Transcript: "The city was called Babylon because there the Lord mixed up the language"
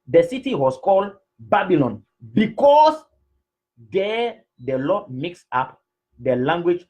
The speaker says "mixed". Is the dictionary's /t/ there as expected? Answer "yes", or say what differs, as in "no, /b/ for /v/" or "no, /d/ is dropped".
no, /t/ is dropped